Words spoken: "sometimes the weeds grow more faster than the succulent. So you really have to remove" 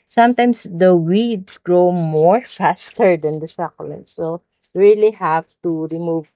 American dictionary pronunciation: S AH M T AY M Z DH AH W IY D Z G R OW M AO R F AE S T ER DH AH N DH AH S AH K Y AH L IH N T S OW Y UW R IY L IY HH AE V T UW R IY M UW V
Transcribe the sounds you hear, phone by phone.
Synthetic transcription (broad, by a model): S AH M T AY M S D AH W IY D S G R OW M AO R F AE S T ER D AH N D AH S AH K L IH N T S OW R IY L IY HH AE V T UW R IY M UW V